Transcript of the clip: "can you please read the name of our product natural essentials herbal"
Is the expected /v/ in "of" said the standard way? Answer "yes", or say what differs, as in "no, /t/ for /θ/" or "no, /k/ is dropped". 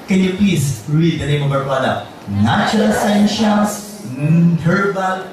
no, /b/ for /v/